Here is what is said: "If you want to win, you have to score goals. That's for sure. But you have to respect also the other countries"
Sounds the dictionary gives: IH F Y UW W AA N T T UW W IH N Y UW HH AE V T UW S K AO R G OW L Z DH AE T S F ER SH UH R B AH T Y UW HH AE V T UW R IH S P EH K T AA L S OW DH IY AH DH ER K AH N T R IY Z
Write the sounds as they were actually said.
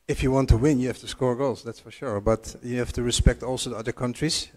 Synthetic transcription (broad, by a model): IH F Y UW W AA N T T UW W IH N Y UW HH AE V T UW S K AO R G OW L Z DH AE T S F ER SH UH R B AH T Y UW HH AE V T UW R IH S P EH K T AA L S OW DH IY AH DH ER K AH N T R IY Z